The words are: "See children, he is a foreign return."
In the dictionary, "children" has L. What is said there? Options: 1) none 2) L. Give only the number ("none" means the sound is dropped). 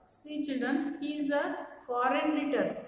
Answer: 1